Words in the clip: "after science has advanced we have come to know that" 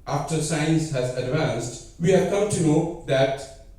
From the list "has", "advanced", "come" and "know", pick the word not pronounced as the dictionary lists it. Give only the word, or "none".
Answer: none